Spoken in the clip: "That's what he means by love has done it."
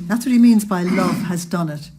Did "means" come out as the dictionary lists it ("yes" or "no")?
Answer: yes